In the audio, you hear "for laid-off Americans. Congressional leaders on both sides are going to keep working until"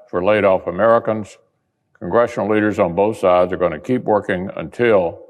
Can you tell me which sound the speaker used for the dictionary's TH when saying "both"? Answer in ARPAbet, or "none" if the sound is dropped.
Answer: TH